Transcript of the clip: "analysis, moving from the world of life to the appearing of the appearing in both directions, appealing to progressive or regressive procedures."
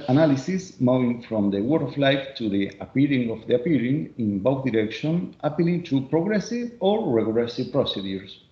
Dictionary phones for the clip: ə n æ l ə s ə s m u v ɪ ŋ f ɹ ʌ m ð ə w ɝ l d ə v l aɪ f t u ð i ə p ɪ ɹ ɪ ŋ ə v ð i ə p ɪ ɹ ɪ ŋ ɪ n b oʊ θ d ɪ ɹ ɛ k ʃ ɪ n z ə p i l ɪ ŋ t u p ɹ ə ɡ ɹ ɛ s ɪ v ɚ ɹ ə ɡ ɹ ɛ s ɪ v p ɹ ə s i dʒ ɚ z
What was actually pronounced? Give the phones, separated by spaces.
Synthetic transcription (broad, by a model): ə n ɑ l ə s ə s m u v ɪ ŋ f ɹ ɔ m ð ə w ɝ d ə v l aɪ f t u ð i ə p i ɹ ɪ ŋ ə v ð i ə p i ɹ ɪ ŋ ɪ n b oʊ θ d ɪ ɹ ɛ k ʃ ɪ n ə p i l ɪ ŋ t u p ɹ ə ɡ ɹ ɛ s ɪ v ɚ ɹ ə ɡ l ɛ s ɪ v p ɹ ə s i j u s